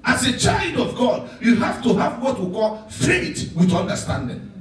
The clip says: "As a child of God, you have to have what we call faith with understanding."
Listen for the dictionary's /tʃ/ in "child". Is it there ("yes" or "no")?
yes